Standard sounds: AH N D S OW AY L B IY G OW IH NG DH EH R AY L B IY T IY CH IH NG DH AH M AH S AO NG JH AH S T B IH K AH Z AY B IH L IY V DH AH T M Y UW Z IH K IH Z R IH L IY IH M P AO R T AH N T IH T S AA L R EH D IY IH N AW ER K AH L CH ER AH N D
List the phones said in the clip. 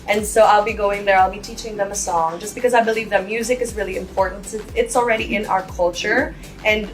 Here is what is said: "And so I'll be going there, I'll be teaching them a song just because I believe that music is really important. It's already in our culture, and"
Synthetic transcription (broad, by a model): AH N S OW AY L B IY G OW IH NG DH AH R AY L B IY T IY CH IH NG DH AH M AH S AO NG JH AH S B IH K AH Z AY B IH L IY V DH AH T M Y UW Z IH K IH Z R IH L IY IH M P AO R T N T IH T S L R EH D IY IH N AW ER K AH L CH ER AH N